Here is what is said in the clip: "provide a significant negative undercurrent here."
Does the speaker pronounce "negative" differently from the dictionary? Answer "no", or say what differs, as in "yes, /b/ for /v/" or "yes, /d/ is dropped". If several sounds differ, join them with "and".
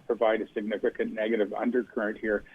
no